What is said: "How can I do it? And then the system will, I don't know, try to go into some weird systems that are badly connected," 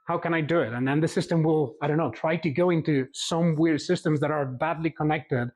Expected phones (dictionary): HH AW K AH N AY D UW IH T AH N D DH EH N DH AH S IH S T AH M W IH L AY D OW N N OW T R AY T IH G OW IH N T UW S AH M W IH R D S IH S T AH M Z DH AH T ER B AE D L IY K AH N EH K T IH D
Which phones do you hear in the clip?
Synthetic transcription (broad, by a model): HH AW K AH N AY D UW IH T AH N DH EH N DH AH S IH S T AH M W IH L AY D OW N N OW T R AY T IH G OW IH N T UW S AH M W IH R D S IH S T AH M Z DH AH T ER B AE D L IY K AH N EH K T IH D